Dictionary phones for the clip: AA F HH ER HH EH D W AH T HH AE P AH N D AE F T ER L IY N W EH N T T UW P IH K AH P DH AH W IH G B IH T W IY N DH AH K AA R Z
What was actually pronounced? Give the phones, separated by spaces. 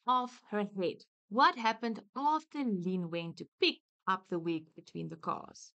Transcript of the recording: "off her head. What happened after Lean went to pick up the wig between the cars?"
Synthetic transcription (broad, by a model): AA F HH ER HH EH D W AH T HH AE P AH N D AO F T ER L IY N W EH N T T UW P IH K AH P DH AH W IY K B IH T W IY N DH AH K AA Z